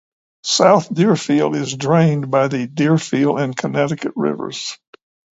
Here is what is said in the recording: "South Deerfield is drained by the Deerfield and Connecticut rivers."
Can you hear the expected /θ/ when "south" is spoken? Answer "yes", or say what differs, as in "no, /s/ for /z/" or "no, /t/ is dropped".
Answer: yes